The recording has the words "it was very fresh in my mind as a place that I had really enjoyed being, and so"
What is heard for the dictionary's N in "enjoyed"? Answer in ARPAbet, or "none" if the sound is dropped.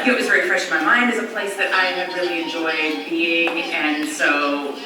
N